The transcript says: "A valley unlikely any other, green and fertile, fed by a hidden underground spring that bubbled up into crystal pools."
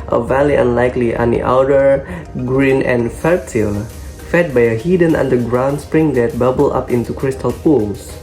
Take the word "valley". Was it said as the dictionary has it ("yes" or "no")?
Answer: yes